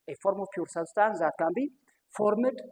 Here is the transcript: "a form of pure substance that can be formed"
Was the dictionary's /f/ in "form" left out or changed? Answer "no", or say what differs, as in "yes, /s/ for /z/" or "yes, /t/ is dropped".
no